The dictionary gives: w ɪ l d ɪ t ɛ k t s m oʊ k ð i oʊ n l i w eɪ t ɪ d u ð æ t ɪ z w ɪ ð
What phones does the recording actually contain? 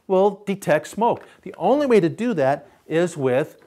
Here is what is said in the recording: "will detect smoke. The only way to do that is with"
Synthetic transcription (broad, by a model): w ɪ l d ɪ t ɛ k t s m oʊ k ð i oʊ n l i w eɪ t ɪ d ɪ ð æ t ɪ z w ɪ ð